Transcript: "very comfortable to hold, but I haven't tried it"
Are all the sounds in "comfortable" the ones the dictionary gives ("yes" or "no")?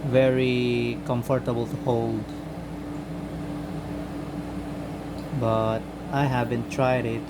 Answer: yes